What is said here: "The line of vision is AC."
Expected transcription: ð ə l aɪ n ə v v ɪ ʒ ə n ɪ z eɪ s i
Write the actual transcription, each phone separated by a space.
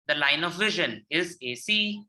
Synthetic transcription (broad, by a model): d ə l aɪ n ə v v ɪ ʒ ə n ɪ z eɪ s i